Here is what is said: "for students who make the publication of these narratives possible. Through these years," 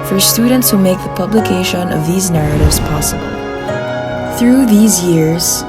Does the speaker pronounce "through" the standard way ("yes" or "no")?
yes